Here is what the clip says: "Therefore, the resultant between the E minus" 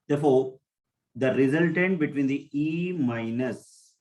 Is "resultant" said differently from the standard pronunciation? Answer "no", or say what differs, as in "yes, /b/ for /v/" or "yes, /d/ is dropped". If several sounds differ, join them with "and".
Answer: no